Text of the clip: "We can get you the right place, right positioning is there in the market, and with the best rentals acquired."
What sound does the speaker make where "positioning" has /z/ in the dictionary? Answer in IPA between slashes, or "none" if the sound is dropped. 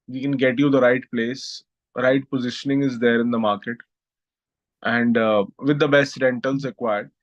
/z/